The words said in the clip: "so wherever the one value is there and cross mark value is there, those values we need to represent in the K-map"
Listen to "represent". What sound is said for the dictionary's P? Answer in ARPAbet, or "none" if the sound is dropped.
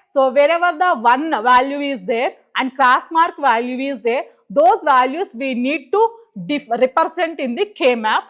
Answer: F